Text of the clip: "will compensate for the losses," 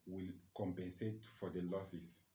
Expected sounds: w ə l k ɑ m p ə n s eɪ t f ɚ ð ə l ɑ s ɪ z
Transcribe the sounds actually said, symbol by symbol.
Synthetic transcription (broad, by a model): w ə l k ɑ m p ə n s eɪ t f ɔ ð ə l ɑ s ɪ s